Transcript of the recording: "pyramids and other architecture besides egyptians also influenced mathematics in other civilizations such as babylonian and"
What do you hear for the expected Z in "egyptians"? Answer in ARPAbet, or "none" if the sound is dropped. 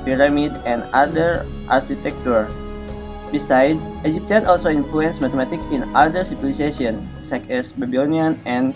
none